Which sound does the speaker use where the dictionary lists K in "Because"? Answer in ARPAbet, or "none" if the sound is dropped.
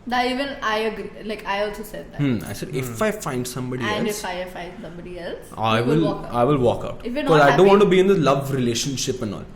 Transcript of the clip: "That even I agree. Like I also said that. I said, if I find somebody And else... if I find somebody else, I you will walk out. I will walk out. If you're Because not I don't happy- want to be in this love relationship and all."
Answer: none